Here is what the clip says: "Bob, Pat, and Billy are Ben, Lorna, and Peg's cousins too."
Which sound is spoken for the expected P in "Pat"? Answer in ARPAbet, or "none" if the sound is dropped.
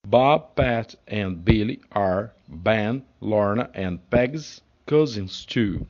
P